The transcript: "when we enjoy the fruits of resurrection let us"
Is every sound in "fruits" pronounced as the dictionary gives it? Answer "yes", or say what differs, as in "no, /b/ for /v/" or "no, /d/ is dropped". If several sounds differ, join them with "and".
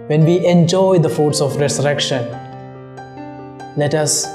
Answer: no, /ɹ/ is dropped